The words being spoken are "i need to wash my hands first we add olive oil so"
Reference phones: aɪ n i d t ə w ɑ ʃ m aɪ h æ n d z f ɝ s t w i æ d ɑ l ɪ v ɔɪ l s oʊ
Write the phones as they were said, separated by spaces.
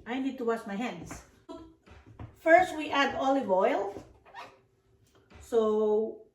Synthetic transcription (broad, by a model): aɪ n i d t ə w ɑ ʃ m aɪ h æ n d s f ɝ s t w i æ d ɑ l ɪ v ɔɪ l s oʊ